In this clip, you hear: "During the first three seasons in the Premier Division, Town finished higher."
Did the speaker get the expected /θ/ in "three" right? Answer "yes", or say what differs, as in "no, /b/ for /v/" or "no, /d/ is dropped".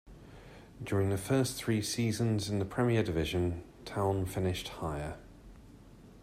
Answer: yes